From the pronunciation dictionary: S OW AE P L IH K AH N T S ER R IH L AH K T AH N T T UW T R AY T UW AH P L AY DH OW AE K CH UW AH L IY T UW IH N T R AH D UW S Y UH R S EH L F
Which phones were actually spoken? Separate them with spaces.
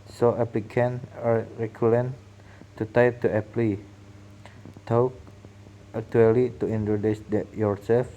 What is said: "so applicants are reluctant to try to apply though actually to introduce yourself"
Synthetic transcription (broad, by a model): S OW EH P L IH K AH N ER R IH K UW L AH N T T UW T AY T UW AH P L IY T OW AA K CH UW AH L IY T UW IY N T R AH D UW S Y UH R S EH L F